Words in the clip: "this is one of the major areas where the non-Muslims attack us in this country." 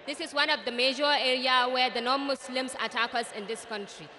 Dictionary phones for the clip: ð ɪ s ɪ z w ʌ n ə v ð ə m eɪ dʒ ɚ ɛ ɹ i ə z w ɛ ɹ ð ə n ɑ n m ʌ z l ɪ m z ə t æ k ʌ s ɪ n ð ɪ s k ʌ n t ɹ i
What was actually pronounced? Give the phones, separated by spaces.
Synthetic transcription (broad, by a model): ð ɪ s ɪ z w ʌ n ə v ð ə m eɪ dʒ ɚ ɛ ɹ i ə w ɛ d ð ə n ɑ n m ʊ s l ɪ m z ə t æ k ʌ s ɪ n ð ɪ s k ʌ n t ɹ i